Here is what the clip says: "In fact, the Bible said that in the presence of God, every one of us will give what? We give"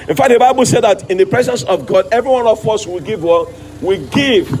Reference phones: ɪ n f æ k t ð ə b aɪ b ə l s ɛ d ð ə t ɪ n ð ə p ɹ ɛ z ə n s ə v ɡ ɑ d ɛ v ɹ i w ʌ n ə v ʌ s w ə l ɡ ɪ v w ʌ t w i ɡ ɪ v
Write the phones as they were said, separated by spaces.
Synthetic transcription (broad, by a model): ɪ n f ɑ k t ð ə b aɪ b ə l s ɛ d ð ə t ɪ n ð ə p ɹ ɛ z ə n s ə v ɡ ɑ d ɛ v ɹ i w ʌ n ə f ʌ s w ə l ɡ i v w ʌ w i ɡ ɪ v